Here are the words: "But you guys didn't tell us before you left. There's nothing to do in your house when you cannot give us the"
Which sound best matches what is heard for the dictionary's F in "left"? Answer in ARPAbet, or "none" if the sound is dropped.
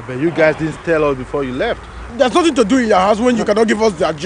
F